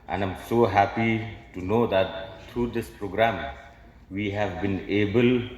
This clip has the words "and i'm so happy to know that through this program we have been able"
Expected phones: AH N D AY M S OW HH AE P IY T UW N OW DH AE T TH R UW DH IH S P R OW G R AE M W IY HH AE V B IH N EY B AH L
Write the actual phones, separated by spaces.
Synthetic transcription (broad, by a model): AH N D AY M S OW HH AE P IY T UW N OW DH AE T T R UW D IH S P R OW G R AE M W IY HH AE V B IH N EY B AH L